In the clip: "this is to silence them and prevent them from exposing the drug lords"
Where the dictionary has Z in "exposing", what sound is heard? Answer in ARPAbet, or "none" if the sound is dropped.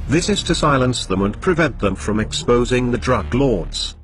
Z